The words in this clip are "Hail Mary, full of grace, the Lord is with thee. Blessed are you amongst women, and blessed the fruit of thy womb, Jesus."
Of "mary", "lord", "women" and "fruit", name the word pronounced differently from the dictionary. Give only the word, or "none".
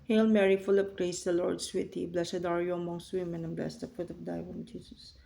fruit